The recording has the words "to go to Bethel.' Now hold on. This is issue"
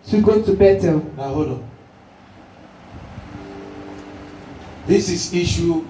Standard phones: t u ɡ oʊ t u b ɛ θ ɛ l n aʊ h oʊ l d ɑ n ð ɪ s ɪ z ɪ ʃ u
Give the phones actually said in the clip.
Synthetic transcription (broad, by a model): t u ɡ oʊ t u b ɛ t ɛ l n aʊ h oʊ d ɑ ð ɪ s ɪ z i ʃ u